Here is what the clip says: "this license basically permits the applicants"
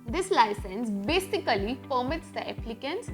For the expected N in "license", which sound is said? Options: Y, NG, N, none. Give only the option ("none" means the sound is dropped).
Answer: N